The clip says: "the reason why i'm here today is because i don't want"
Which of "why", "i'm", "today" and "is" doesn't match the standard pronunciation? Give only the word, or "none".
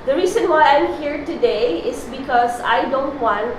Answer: is